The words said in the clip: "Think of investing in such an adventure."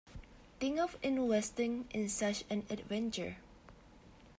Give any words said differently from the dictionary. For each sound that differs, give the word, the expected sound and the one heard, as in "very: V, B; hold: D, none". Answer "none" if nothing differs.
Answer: think: TH, T; think: K, none; investing: V, W